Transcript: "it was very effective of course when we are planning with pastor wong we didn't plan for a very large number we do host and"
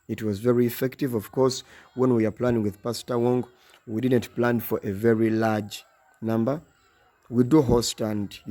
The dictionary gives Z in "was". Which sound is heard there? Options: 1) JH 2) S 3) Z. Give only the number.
3